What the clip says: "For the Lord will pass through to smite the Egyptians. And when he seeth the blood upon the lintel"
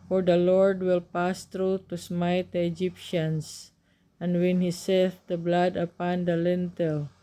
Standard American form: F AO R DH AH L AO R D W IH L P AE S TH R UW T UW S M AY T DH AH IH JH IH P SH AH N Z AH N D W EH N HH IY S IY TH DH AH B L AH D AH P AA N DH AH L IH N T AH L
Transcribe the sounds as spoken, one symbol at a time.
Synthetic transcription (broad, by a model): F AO R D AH L AO R D W IH L P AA S T R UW T UW S M AY T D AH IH JH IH P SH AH N S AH N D W EH N HH IY S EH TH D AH B L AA D AH P AA N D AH L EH N T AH L